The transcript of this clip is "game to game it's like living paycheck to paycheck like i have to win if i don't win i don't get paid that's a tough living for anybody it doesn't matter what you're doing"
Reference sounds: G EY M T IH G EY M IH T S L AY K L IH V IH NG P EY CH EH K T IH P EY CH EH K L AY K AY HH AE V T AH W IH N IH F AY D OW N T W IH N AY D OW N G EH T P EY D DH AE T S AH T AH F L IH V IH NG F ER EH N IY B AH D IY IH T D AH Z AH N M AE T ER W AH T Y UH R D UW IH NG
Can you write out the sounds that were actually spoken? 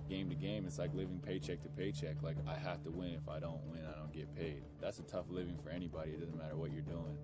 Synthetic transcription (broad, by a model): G EY M T IH G EY M IH T S L AY K L IH V IH NG P EY CH EH K T IH P EY CH EH K L AY K AY HH AE F T AH W IH N IH F AY D OW N T W IH N AY D OW N G EH T P EY D DH AE T S AH T AH F L IH V IH NG F ER EH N IY B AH D IY IH T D AH Z N M AE T ER W AH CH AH R D UW IH NG